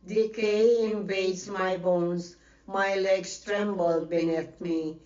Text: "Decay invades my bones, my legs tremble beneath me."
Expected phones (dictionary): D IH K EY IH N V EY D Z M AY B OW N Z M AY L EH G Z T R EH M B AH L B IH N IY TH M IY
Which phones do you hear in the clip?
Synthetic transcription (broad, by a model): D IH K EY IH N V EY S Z M AY B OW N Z M AY L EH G S T R EH M B AH L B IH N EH T M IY